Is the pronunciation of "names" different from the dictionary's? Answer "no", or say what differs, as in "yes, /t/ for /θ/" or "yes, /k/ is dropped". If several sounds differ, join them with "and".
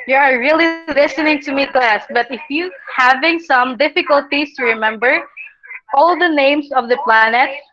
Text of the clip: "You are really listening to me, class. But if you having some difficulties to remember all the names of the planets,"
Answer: yes, /s/ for /z/